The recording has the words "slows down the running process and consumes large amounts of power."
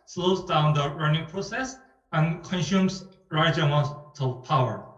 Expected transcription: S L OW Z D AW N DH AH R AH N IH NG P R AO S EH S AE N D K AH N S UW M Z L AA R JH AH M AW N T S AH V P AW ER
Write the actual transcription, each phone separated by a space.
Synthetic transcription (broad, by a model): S L OW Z D AW N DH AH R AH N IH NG P R AO S EH S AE N K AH N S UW M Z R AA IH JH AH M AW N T AH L P AW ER